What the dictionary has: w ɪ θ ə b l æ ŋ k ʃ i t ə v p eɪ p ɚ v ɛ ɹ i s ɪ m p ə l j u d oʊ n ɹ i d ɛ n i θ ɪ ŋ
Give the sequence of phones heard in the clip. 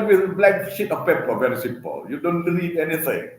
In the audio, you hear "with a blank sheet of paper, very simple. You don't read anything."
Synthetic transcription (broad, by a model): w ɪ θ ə b l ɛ k ʃ i t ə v p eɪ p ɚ v ɛ ɹ i s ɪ m p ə l j u d oʊ n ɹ i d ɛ n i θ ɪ ŋ